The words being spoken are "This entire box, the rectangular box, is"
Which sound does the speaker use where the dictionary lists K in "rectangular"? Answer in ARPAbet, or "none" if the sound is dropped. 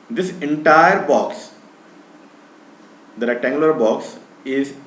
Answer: none